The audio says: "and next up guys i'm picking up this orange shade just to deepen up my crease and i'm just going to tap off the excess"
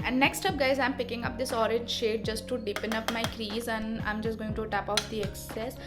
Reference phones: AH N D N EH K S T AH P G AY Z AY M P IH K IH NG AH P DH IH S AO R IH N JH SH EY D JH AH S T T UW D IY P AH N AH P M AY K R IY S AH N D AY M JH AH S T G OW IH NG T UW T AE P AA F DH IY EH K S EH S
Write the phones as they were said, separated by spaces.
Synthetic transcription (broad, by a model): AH N D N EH K S T AH P G AY Z AY M P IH K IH NG AH P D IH S AO R IH N JH SH EY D JH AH S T T UW D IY P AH N AH P M AY K R IY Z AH N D AY M JH AH S T G OW IH NG T UW T AE P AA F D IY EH K S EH S